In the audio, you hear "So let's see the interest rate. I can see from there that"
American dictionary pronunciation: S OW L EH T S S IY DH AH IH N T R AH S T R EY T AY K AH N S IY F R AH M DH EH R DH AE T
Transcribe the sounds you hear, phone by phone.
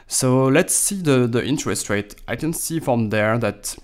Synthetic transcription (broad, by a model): S OW L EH T S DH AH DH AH IH N T R AH S T R EY T AY K AH N S IY F R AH M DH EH R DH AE T